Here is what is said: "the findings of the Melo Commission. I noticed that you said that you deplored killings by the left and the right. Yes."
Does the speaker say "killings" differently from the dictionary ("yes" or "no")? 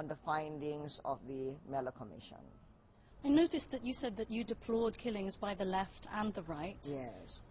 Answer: no